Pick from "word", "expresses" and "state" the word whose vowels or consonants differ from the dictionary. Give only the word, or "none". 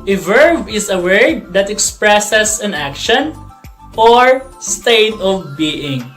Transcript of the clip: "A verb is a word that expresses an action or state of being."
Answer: expresses